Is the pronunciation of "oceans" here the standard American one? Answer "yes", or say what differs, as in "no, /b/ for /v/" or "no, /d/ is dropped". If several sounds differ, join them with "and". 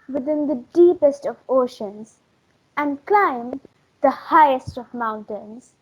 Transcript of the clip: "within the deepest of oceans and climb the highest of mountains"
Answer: yes